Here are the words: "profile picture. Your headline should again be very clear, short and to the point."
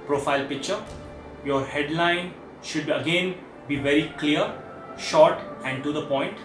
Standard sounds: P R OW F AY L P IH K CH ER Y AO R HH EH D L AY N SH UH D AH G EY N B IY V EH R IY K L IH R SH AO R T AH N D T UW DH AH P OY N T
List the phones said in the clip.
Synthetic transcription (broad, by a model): P R OW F AY L P IH K CH ER Y AO R HH EH D L AY N SH UH D AH G EY N B IY V EH R IY K L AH R SH AO R T AH N D T UW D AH P OY N T